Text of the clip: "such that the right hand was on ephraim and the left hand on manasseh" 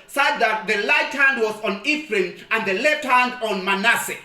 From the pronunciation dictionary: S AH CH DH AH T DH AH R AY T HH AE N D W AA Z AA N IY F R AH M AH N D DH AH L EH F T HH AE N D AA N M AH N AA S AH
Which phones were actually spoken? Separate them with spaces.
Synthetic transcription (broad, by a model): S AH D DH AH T DH AH L AY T HH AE N D W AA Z AA N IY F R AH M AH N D DH AH L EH T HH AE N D AA N M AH N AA S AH